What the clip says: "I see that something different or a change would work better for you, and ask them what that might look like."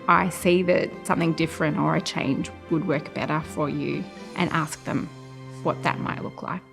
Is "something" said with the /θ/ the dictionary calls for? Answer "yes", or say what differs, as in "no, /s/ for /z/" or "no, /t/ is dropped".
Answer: yes